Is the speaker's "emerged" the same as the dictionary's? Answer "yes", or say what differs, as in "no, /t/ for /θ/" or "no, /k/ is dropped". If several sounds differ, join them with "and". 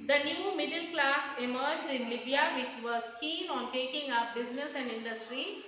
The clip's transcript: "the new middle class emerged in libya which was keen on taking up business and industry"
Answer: yes